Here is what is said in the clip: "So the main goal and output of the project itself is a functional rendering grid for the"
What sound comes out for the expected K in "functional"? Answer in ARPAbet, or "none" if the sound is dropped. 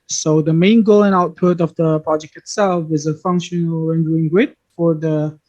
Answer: K